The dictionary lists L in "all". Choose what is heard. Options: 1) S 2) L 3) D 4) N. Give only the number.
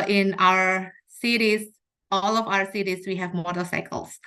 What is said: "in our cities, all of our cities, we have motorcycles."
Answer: 2